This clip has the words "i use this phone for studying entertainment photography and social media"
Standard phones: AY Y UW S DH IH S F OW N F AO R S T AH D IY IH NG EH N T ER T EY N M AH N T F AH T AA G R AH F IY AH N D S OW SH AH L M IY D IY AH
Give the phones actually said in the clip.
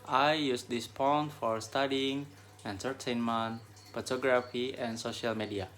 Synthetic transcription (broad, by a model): AY Y UW S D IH S P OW N F AO R S T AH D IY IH NG EH N T ER T EY N M AH N T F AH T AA G R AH F IY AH N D S OW SH AH L M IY D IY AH